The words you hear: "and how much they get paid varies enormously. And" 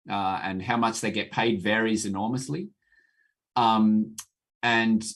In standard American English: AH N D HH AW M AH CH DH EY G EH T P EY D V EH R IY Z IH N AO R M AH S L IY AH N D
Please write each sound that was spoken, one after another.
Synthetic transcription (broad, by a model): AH N HH AW M AH CH DH EY G EH T P EY D V EH R IY Z IH N AO R M AH S L IY AH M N